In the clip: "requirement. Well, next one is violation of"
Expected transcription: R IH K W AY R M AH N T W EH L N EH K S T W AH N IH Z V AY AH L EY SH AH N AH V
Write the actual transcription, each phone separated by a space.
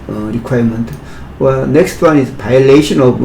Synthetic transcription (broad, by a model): R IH K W AY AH M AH N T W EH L N EH K S T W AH N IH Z P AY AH L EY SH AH N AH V